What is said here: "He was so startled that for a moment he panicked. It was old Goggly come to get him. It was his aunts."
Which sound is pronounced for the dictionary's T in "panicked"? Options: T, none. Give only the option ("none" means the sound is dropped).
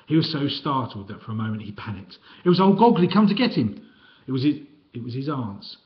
T